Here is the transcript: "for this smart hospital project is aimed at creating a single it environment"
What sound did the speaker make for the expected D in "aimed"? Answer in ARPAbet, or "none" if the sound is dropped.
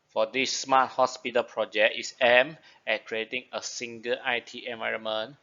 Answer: none